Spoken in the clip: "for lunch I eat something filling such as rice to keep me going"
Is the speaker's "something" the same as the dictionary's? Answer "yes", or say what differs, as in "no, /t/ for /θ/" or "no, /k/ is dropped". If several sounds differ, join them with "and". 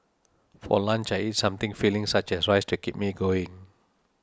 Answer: no, /t/ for /θ/